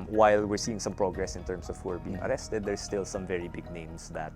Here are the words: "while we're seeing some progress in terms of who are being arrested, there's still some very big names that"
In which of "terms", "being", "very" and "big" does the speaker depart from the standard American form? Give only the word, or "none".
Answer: terms